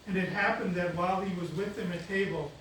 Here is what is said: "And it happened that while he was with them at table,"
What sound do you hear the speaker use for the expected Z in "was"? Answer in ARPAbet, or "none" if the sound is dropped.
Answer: Z